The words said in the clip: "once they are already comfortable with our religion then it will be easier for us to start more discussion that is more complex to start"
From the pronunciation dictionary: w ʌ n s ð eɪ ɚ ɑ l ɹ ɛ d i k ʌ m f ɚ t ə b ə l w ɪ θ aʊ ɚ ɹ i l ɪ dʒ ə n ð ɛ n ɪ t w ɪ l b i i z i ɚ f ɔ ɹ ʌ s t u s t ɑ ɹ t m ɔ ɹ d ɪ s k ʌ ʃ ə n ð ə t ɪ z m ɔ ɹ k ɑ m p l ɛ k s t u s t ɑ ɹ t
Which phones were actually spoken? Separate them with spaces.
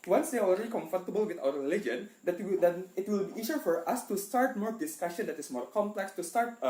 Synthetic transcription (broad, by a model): w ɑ n s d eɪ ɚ ɑ l ɹ ɛ d i k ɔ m f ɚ t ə b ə l w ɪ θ aʊ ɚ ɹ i l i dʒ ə n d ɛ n ɪ t w ɪ l b i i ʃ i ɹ f ɔ ɹ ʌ s t u s t ɑ ɹ t m ɔ ɹ d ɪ s k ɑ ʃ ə n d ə t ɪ s m ɔ ɹ k ɑ m p l ɛ k s t u s t ɑ ɹ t